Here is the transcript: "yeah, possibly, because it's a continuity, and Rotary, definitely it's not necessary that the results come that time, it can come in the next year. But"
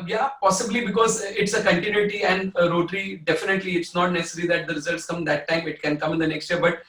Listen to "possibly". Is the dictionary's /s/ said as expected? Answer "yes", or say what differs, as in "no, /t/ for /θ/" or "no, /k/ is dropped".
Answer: yes